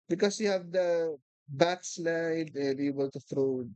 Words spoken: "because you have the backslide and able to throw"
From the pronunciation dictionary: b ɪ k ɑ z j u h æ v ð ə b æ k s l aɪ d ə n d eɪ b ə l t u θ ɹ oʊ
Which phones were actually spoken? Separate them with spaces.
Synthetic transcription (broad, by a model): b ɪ k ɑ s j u h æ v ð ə b æ k s l aɪ d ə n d eɪ b ə l t u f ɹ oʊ